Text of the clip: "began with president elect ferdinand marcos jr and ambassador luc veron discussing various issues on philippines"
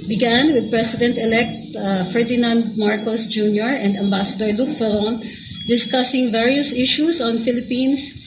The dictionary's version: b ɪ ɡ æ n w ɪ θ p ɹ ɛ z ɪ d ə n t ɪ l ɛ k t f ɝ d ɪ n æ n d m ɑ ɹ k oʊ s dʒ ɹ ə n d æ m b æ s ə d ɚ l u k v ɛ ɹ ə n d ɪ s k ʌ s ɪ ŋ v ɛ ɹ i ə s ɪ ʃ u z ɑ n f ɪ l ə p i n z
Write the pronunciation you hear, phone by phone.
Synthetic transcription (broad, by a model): b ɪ ɡ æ n w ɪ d p ɹ ɛ s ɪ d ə n t ɪ l ɛ k t f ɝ d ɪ n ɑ n d m ɑ ɹ k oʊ s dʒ ɹ ə n d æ m b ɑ s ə d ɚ l u k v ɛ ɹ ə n d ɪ s k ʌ s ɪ ŋ v ɛ ɹ i ə s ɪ ʃ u s ɑ n f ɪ l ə p i n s